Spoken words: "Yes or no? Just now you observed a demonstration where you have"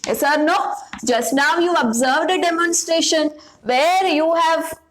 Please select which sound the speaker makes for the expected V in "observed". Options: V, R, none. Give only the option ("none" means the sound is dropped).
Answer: V